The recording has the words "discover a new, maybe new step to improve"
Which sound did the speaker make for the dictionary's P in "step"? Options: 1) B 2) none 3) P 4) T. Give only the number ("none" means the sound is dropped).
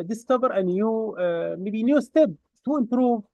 1